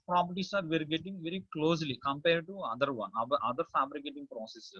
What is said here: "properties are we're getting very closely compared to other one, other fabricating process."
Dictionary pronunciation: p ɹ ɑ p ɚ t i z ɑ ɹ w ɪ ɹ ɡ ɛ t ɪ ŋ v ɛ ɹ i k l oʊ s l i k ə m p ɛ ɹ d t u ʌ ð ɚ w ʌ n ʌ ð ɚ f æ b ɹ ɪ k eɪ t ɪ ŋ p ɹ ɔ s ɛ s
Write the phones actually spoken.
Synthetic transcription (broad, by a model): p ɹ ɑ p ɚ t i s ɑ ɹ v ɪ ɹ ɡ ɛ t ɪ ŋ v ɛ ɹ i k l oʊ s l i k ə m p ɛ ɹ d t u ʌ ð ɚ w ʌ n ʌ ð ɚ f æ b ɹ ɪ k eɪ t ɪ ŋ p ɹ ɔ s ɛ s